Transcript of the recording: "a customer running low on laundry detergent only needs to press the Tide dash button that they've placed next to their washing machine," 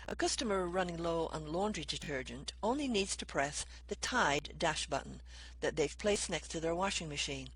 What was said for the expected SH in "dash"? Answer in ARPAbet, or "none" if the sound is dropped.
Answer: SH